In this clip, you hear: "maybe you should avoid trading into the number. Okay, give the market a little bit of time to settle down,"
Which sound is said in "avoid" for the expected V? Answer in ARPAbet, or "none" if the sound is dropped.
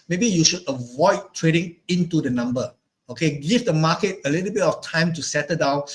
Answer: V